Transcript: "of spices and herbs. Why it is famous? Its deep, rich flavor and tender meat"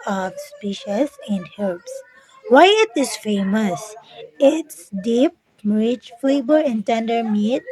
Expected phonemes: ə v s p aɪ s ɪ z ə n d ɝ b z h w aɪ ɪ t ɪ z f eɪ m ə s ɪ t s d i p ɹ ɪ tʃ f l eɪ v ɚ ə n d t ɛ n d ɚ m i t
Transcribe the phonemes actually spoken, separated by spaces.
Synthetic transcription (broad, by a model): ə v s p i ʃ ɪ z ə n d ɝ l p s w aɪ ɪ t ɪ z f eɪ m ə s ɪ t s d i p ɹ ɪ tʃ f l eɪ b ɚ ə n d t ɛ n d ɚ m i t